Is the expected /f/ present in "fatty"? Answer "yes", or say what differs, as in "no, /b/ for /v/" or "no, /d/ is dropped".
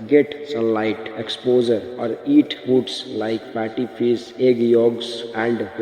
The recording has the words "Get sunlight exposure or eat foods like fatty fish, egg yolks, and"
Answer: no, /p/ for /f/